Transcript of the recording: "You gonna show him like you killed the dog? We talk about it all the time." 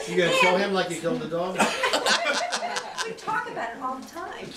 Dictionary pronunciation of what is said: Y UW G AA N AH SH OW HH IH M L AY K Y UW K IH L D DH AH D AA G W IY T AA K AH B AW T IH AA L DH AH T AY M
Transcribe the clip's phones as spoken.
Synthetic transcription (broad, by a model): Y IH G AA AH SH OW HH IH M L AY K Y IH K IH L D DH AH D AA G W IY T AA K AH B AW T IH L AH T AY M